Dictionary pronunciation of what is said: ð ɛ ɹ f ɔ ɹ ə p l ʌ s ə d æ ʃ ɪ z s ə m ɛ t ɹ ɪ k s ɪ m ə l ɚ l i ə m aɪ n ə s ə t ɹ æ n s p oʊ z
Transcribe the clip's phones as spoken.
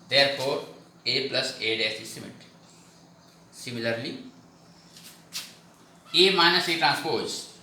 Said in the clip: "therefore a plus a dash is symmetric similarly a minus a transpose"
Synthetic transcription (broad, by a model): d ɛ ɹ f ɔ ɹ ə p l ʌ s ə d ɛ s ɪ s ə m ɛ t s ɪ m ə l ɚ l i ə m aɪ n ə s ə t ɹ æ n s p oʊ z